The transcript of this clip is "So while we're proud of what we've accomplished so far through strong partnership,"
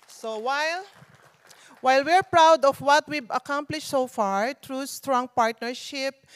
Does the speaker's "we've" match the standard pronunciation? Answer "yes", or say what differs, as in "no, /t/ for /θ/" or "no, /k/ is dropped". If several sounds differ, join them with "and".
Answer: no, /b/ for /v/